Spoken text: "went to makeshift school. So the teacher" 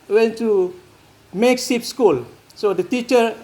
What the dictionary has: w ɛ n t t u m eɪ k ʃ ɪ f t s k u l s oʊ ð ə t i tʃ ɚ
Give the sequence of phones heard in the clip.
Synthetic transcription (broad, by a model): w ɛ n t t u m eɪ k s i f s k u l s oʊ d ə t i tʃ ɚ